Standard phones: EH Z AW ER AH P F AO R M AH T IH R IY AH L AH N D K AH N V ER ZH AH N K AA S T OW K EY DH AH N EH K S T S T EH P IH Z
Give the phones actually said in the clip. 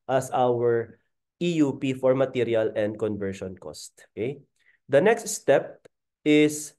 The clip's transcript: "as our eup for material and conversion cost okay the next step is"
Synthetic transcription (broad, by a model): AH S AW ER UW P F AO R M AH T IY R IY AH L AH N D K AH N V ER SH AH N K AA S T OW K EY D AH N EH K S T S T EH P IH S